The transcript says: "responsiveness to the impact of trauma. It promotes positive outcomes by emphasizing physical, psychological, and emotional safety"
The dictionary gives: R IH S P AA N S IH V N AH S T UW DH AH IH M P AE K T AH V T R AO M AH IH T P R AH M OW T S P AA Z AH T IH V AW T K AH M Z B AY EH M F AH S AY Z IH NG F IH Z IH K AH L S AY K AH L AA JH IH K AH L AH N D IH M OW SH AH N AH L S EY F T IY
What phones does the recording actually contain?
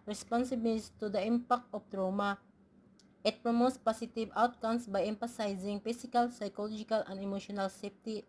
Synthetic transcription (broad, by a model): R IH S P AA N S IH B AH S T UW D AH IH M P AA K T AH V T R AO M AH IH T P R AH M OW T S P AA S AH T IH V AW T K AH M S B AY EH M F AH S AY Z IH NG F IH S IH K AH L S AY K AH L AA JH IH K AH L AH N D IH M OW SH AH N AH L S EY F T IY